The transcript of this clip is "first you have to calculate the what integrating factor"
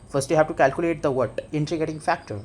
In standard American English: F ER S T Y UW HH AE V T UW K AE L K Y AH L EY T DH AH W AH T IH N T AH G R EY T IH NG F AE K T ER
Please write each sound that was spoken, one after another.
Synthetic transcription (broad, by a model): F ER S T Y UW HH AE V T UW K AE L K Y AH L EY T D AH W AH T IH N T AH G EY T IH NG F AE K T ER